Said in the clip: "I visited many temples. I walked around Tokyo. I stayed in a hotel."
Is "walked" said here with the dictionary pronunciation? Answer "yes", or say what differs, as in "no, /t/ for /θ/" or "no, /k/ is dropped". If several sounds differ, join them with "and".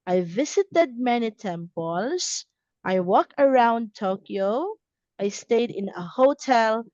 no, /t/ is dropped